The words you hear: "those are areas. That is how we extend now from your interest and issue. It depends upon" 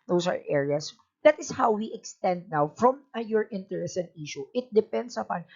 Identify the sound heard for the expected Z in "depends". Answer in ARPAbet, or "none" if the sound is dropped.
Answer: S